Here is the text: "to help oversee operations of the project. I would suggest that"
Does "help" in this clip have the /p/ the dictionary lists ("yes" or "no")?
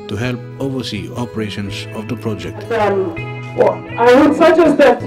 yes